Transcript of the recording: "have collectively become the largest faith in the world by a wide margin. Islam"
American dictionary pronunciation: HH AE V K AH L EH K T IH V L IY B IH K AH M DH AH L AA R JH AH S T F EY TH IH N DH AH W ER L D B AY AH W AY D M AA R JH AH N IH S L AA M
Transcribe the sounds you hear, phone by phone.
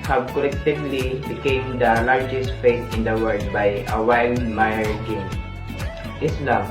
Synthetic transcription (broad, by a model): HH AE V K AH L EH K T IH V L IY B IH K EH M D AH L AA R JH AH S T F EY T IH N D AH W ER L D B AY AH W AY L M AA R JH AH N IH S L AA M